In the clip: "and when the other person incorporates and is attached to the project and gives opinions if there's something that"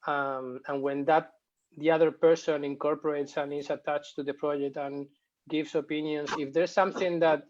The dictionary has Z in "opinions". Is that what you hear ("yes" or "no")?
no